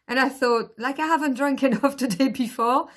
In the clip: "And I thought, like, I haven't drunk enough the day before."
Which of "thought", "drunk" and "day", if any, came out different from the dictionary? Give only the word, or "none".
none